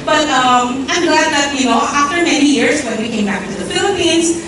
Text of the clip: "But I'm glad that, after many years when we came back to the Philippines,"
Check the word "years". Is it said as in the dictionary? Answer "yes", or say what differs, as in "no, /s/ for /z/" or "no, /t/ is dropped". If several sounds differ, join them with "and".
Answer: no, /s/ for /z/